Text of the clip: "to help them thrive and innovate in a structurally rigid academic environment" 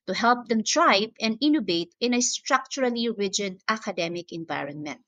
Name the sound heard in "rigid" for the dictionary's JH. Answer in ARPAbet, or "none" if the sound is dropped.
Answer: JH